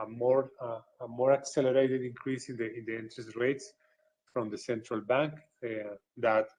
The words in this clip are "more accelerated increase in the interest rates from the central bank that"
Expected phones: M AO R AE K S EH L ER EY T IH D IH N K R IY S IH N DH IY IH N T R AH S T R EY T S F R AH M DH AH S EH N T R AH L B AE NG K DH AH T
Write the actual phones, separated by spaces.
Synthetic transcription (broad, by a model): M AO R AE K S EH L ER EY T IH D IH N K R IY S IH N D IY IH N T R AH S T R EY T S F R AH M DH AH S EH N T R AH L B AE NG K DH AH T